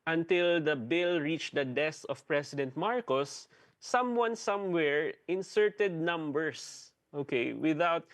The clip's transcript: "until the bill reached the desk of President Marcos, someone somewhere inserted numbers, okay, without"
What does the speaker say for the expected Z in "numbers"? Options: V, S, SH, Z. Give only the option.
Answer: S